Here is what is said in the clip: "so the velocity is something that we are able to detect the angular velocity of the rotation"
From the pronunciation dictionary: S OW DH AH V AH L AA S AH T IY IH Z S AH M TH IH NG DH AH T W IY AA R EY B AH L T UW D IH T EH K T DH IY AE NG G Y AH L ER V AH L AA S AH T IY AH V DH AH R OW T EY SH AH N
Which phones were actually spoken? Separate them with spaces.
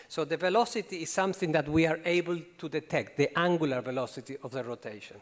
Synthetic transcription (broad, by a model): S OW DH AH V AH L AA S AH T IY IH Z S AH M TH IH NG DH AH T W IY AA R EY B AH L T UW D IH T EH K T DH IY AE NG G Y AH L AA V AH L AA S AH T IY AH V DH AH R OW T EY SH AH N